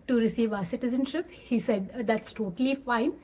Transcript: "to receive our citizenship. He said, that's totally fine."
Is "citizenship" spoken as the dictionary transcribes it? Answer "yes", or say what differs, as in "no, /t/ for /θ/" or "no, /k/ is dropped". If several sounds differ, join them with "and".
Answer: yes